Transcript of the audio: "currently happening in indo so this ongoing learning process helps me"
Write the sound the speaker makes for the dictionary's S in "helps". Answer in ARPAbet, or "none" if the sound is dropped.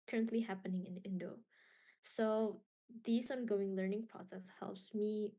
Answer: S